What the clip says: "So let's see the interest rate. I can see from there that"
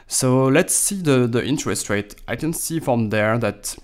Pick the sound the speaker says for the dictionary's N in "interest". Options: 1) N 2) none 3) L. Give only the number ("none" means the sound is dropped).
1